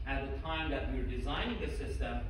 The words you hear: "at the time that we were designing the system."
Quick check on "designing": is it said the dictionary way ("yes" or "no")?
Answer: yes